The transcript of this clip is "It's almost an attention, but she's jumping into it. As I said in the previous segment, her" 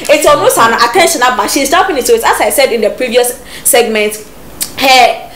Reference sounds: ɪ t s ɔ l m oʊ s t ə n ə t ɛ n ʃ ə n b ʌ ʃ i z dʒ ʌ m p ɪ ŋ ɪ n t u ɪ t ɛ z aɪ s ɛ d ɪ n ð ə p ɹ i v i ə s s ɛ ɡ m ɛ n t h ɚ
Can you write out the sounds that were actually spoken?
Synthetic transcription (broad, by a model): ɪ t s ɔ m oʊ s ə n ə t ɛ n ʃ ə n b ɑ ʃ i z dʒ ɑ p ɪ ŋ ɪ t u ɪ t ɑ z aɪ s ɛ d ɪ n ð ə p ɹ i v i ə s s ɛ ɡ m ɛ n t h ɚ